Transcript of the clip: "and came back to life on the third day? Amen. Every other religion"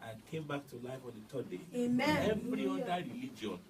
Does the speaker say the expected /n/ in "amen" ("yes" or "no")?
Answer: no